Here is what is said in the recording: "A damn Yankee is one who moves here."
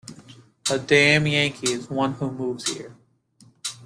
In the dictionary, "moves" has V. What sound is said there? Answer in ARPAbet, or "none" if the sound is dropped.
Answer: V